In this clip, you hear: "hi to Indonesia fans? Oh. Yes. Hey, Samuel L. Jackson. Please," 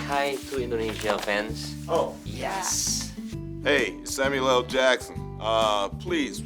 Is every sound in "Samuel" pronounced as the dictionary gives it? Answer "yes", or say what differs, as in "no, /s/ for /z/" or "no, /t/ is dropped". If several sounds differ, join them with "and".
yes